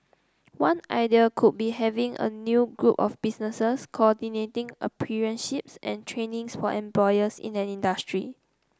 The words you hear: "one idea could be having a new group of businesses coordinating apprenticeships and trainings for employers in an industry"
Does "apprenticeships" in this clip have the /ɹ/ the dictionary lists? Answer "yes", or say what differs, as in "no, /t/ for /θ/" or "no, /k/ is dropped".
no, /ɹ/ is dropped